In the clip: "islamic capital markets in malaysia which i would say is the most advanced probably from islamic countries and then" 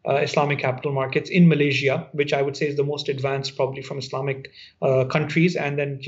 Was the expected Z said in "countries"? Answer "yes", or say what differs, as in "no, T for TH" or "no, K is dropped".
yes